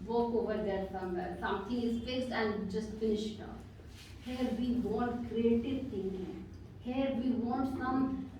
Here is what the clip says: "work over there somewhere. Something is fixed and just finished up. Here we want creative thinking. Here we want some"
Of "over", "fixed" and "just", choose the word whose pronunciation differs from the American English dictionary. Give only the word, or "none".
fixed